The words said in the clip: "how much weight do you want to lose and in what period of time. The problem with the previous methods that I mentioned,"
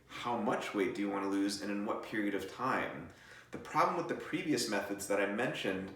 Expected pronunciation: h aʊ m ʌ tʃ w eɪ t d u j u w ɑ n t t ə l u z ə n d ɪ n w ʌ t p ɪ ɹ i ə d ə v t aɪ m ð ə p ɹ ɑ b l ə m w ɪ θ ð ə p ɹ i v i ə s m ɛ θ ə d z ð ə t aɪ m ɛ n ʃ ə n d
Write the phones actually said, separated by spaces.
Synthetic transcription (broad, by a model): h aʊ m ʌ tʃ w eɪ t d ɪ j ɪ w ɑ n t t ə l u z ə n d ɪ n w ʌ t p ɪ ɹ i ə d ə v t aɪ m ð ə p ɹ ɑ b l ə m w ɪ ð ə p ɹ i v i ə s m ɛ θ ə d z ð ə t aɪ m ɛ n ʃ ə n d